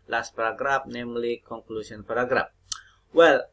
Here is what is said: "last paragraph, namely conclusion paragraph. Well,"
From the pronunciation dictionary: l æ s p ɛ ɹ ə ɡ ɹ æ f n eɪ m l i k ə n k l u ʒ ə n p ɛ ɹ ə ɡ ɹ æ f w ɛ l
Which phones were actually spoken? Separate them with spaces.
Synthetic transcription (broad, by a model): l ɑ s p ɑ ɹ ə ɡ ɹ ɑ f n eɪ m l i k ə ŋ k l u s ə n p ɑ ɹ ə ɡ ɹ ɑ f w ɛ l